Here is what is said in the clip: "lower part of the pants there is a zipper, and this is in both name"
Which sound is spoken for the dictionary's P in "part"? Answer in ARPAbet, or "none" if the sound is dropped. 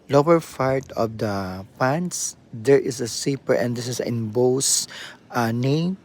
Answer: F